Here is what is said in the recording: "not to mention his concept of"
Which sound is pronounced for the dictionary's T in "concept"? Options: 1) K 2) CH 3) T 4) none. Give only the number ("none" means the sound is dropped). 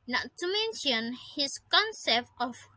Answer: 3